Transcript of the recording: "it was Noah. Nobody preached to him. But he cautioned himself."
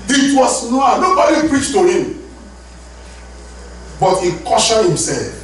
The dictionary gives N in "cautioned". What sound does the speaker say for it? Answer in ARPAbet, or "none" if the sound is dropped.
none